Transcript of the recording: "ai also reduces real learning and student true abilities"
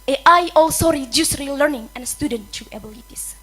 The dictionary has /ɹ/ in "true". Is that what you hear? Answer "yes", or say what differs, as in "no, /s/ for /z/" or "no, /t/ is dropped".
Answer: no, /ɹ/ is dropped